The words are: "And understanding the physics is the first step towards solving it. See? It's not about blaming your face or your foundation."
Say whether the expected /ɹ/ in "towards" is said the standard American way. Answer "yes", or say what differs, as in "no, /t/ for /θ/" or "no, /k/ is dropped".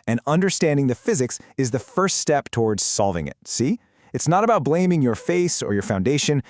yes